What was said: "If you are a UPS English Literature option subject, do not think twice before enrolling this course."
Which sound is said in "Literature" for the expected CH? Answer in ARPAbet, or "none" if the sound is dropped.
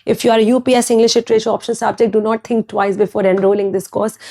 SH